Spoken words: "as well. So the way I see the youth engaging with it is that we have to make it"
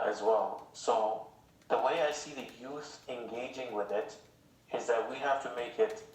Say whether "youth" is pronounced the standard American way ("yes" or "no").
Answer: yes